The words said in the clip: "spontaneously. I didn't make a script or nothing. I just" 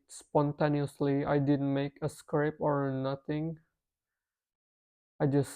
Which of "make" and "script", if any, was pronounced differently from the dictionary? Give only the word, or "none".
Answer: script